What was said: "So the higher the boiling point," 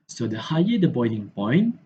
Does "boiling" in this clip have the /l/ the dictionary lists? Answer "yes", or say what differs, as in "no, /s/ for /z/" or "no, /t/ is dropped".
no, /n/ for /l/